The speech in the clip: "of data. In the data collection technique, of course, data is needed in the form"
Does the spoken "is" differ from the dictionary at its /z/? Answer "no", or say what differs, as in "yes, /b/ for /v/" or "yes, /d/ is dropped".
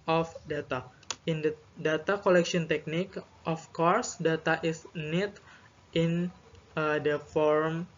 yes, /s/ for /z/